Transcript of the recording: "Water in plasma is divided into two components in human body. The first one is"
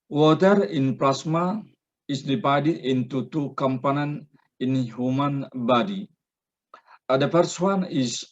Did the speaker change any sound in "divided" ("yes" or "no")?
yes